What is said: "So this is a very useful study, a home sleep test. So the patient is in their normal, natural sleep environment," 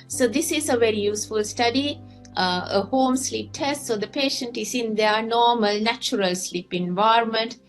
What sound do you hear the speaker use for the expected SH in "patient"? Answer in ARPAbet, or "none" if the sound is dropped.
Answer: SH